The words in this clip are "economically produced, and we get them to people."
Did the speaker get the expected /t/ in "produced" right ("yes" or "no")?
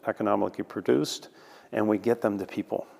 yes